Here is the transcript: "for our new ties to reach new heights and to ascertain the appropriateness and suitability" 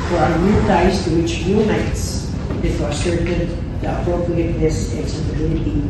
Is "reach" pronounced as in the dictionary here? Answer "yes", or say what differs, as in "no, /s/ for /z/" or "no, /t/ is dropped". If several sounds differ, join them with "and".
no, /w/ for /ɹ/